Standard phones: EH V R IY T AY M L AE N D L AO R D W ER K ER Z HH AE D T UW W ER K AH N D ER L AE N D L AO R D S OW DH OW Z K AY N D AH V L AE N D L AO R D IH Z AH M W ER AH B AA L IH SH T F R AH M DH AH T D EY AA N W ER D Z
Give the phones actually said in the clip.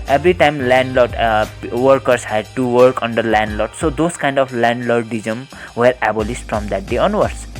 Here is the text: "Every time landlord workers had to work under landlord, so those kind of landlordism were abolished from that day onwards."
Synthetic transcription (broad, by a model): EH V R IY T AY M L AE N D L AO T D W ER K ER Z HH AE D T UW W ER K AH N D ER L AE N D L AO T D S OW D OW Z K AY N D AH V L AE N D L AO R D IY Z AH M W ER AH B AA L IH S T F R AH M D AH T D EY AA N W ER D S